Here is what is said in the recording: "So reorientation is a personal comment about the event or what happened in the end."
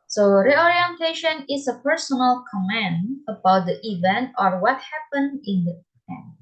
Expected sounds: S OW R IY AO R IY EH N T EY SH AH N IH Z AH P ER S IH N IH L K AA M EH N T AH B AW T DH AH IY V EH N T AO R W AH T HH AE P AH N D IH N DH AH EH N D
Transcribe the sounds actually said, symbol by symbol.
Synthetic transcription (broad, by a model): S OW R IY AO R IY EH N T EY SH AH N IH S AH P ER S IH N IH L K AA M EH N AH B AW T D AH IY V EH N T AO R W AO T HH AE P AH N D IH N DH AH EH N